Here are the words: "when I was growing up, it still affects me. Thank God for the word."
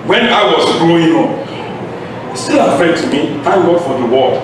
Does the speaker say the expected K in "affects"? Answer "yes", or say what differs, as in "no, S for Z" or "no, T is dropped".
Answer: no, K is dropped